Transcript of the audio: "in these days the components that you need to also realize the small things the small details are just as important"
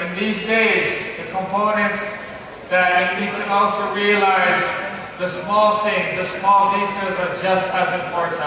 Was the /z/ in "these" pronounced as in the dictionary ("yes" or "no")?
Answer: yes